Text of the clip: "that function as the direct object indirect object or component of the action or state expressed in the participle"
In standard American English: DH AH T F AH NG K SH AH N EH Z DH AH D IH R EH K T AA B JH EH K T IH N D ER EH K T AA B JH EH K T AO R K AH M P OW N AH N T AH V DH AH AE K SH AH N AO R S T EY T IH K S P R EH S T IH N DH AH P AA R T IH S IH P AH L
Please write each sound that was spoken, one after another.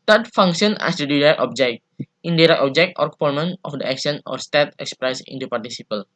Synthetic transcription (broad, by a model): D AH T F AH NG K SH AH N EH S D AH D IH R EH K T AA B JH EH K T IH N D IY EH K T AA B JH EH K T AO R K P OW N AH N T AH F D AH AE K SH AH N AO R S T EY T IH K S P R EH S IH N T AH P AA R T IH S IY P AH L